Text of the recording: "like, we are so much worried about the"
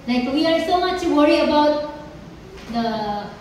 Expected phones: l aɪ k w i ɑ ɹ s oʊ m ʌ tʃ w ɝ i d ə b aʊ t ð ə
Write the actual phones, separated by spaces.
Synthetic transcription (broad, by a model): l aɪ k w i ɑ ɹ s oʊ m ʌ tʃ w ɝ i ə b aʊ t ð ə